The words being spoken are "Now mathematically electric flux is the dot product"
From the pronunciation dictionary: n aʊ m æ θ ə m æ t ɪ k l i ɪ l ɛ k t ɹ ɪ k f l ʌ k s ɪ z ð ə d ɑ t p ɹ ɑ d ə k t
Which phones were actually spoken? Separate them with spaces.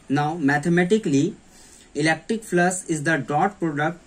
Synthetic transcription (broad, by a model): n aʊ m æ t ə m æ t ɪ k l i ɪ l ɛ k t ɹ ɪ k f l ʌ s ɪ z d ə d ɑ t p ɹ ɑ d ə k t